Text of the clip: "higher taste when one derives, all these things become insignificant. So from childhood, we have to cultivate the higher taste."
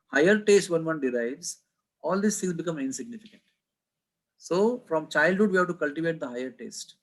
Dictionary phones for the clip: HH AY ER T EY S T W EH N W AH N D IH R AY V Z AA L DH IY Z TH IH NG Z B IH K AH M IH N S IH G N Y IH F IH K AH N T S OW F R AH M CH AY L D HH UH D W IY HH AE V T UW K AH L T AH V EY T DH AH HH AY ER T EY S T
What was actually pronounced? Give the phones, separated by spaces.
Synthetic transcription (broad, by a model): HH AY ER T EY S T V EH N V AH N D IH R AY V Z AA L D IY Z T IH NG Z B IH K AH M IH N S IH G N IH F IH K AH N T S OW F R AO M CH AY L D HH UH D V IY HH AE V T UW K AH L T AH V EY T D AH HH AY ER T EY S T